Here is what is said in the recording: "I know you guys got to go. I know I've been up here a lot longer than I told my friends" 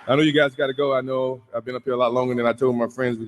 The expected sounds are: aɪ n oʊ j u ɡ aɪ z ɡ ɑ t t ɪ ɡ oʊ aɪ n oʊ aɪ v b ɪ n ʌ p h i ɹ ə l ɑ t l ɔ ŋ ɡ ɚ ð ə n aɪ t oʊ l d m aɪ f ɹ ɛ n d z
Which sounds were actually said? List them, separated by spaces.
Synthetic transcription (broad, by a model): aɪ n oʊ j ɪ ɡ aɪ z ɡ ɑ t t ɪ ɡ oʊ aɪ n oʊ aɪ v b ɪ n ʌ p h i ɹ ə l ɑ t l ɔ ŋ ɡ ɚ ð ə n aɪ t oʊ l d m aɪ f ɹ ɛ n d z